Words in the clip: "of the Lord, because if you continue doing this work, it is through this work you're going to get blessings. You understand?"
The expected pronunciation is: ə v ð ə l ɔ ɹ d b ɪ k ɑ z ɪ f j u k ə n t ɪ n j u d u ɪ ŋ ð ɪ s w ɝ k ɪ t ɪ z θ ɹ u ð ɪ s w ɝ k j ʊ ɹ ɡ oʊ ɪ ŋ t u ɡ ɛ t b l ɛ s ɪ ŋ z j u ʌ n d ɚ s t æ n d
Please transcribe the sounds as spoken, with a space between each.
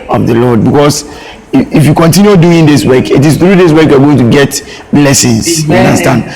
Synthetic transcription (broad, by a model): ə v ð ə l ɔ d b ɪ k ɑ s ɪ f j u k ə n t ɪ n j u d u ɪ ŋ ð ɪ s w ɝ k ɪ t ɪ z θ ɹ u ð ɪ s w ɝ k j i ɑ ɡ oʊ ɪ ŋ t u ɡ ɛ t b l ɛ s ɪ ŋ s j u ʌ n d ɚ s t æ n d